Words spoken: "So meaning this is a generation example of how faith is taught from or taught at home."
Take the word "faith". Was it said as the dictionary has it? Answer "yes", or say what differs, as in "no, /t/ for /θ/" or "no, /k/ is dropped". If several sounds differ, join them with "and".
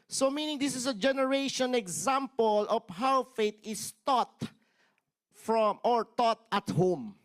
no, /t/ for /θ/